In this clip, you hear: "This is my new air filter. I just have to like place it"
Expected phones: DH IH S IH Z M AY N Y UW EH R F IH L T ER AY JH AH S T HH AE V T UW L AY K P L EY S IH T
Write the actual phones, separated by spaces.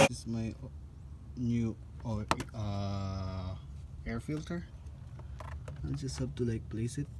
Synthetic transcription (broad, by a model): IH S M AY N Y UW EH R F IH L T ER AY JH AH S T HH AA B T UW L AY K P L EY S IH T